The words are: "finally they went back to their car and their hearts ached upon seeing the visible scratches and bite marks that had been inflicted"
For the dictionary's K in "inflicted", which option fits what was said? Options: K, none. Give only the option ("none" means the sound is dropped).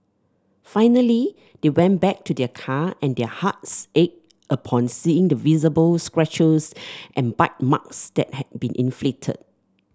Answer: none